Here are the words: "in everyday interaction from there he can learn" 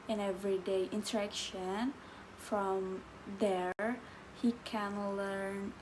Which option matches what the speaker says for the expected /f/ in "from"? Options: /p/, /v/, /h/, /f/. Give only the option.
/f/